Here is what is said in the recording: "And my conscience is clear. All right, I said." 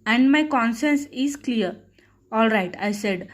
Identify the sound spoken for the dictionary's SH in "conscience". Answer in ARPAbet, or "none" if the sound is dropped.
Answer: S